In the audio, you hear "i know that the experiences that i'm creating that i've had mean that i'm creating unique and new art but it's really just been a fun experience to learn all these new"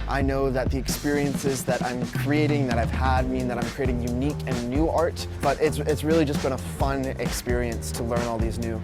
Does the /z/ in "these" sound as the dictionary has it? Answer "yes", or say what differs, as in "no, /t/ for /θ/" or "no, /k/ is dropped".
yes